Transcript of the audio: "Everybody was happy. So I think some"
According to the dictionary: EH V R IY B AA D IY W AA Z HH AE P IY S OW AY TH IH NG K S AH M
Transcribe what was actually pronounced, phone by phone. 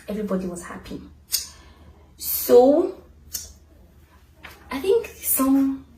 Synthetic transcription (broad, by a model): EH V R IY B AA D IY W AA Z HH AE P IY S OW AY TH IH NG K S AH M